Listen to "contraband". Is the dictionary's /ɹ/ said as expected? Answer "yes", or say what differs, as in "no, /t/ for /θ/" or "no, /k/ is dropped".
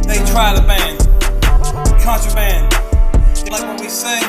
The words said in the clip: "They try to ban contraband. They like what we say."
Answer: no, /ɹ/ is dropped